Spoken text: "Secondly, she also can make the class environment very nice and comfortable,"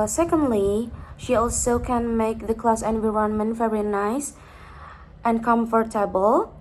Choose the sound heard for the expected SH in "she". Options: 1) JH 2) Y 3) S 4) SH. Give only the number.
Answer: 4